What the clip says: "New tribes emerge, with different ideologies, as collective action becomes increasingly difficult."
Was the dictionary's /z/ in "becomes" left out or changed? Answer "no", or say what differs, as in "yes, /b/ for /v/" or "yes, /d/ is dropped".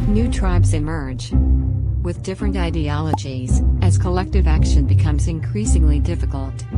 no